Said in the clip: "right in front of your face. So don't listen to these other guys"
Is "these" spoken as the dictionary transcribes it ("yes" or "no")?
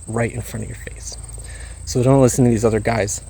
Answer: yes